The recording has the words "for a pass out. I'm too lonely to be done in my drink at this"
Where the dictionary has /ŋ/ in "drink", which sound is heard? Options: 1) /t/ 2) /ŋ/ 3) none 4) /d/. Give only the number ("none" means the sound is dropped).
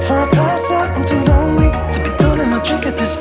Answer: 3